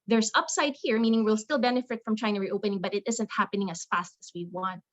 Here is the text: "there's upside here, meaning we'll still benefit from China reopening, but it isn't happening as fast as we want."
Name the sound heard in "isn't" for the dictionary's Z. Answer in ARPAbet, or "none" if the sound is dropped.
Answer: Z